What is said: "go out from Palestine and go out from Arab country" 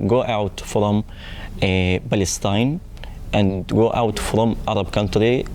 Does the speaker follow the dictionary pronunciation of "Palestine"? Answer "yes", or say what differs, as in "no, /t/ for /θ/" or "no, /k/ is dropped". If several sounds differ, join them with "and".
no, /b/ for /p/